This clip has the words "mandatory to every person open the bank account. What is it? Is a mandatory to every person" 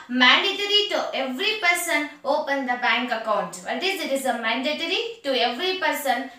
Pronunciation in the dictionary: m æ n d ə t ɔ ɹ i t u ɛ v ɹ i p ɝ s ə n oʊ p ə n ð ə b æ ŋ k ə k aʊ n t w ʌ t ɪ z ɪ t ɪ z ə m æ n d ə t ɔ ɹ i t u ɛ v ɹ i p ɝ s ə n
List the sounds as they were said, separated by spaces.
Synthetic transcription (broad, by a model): m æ n d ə t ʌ ɹ i t u ɛ v ɹ i p ɝ s ə n oʊ p ə n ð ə b æ ŋ k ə k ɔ t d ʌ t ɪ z ɪ t ɪ z ə m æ n d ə t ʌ ɹ i t u ɛ v ɹ i p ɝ s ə n